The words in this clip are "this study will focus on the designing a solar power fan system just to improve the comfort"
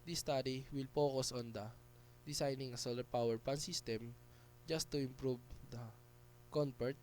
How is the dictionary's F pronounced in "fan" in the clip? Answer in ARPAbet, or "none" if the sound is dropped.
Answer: P